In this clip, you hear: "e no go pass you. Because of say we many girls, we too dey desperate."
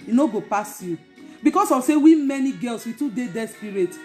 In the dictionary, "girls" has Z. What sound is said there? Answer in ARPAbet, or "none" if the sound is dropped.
S